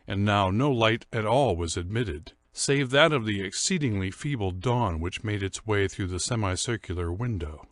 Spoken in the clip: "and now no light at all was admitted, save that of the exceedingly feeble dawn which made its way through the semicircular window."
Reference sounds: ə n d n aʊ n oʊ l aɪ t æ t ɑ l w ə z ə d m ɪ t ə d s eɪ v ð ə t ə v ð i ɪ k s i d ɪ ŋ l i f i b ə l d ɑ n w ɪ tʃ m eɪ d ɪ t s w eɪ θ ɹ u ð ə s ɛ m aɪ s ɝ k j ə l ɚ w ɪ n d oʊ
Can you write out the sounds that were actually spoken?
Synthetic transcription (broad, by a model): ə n n aʊ n oʊ l aɪ t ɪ t ɑ l w ə z ə d m ɪ t ə d s eɪ v ð ə t ə v ð i ɪ k s i d ɪ ŋ l i f i b l d ɑ n w ɪ tʃ m eɪ d ɪ t s w eɪ θ ɹ u ð ə s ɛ m aɪ s ɝ k j l ɚ w ɪ n d oʊ